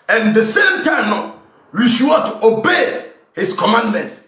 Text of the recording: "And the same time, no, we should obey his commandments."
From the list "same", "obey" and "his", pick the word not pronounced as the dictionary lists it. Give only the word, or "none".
his